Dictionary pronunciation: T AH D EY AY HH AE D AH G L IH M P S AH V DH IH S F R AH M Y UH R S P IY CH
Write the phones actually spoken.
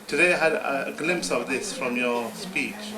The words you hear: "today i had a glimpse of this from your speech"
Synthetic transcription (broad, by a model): T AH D EY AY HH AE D AH G L IH M P S AH V DH IH S F R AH M Y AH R S P IY CH